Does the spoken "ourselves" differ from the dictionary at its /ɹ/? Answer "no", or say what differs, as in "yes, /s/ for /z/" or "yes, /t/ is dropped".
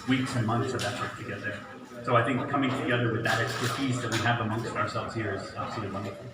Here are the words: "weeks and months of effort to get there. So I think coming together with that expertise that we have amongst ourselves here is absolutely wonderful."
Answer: no